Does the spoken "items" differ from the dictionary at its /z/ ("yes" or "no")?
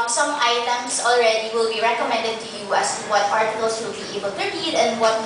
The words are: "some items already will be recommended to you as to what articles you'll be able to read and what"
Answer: yes